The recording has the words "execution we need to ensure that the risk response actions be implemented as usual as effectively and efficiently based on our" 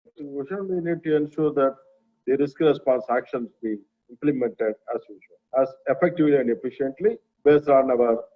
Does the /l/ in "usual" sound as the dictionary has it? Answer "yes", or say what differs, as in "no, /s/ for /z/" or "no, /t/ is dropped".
no, /n/ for /l/